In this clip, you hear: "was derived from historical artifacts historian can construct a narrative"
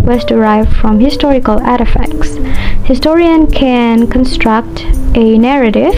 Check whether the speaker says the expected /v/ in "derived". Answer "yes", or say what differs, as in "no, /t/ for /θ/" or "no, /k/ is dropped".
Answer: yes